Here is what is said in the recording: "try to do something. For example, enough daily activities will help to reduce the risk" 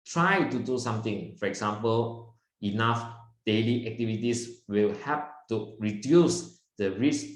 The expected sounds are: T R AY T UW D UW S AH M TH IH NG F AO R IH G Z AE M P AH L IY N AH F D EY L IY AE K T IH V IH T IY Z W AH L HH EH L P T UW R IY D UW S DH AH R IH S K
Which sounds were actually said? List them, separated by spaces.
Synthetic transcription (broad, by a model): T R AY T UW D UW S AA M T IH NG F AO R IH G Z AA M P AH L IY N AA F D EY L IY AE K T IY V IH T IY S W AH L HH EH P T UW R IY D UW S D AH R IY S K